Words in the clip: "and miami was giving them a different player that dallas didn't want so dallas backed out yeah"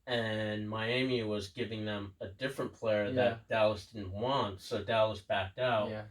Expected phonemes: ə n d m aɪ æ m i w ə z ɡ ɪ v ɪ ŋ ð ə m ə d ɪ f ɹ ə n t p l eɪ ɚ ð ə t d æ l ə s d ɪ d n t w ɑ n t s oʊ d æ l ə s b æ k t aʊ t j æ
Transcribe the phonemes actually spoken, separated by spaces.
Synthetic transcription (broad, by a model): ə n m aɪ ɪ m i w ə z ɡ ɪ v ɪ ŋ ð ə m ə d ɪ f ɹ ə n p l eɪ ɚ ð ə t d æ l ə s d ɪ d n t w ɑ n t s oʊ d æ l ə s b æ k t aʊ t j